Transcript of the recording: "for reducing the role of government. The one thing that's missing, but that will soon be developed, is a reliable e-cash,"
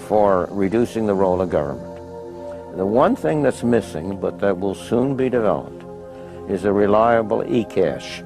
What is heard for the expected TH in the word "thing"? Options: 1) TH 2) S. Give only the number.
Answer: 1